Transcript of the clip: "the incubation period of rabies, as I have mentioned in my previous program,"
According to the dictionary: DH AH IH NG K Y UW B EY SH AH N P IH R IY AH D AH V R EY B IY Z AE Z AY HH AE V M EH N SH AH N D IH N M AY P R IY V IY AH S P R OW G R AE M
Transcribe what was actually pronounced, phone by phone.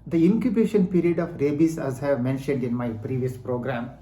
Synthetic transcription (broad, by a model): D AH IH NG K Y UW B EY SH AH N P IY R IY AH D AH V R EY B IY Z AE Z HH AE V M EH N SH AH N D IH N M AY P R IY V IY AH S P R OW G R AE M